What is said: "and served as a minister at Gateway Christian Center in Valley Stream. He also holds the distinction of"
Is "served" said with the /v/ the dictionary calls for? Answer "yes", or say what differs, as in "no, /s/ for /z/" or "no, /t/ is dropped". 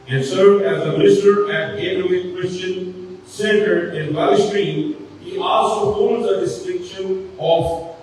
no, /v/ is dropped